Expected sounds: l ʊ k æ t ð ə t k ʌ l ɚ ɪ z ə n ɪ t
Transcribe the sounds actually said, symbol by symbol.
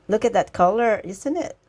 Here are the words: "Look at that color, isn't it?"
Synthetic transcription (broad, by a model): l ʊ k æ t ð ə t k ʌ l ɚ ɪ s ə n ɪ t